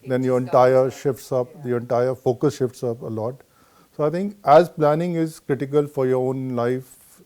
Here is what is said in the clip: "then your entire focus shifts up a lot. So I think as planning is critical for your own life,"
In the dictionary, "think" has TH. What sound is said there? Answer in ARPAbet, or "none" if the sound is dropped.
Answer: T